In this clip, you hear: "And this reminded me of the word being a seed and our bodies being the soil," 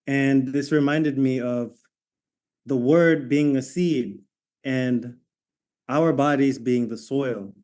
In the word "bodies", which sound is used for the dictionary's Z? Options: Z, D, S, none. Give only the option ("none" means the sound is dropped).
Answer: Z